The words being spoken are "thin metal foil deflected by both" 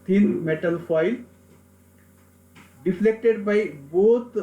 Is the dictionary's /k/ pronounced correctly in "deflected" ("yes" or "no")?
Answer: yes